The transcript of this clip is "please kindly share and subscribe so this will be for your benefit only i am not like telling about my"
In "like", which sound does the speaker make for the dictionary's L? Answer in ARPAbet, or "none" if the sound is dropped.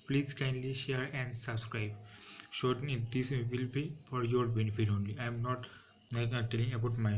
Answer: N